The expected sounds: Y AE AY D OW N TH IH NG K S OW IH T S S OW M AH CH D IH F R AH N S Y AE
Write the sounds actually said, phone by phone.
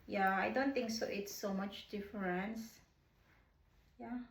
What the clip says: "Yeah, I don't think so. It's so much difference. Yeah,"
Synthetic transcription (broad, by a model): Y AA AY D OW N T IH NG K S OW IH T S S OW M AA CH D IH F R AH N S Y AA